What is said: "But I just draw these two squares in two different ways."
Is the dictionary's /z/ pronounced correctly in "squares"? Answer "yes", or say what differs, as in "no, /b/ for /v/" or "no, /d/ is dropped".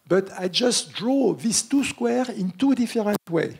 no, /z/ is dropped